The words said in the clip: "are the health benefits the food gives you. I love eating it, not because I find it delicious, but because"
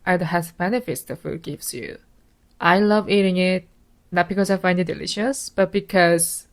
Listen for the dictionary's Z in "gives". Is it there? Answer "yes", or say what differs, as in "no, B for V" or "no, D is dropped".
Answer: no, S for Z